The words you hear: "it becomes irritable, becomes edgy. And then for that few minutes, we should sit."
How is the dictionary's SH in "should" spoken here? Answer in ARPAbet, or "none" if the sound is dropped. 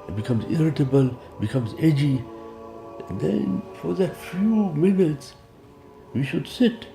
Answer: SH